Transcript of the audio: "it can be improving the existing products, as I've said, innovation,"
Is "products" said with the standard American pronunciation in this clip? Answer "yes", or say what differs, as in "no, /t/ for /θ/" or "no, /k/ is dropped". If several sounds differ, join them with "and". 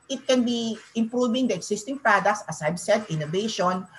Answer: yes